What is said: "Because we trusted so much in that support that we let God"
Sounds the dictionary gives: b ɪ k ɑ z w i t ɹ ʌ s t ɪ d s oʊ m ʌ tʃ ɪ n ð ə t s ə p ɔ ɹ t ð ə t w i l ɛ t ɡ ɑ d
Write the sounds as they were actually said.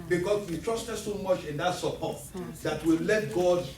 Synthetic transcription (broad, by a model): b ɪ k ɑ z w i t ɹ ʌ s t ɪ d s oʊ m ʌ tʃ ɪ n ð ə t s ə p ɔ t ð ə t w i l ɛ t ɡ ɑ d